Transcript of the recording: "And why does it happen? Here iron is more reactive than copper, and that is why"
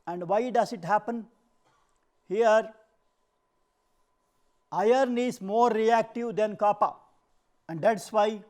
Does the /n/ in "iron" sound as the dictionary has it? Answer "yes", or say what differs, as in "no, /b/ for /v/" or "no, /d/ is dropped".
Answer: yes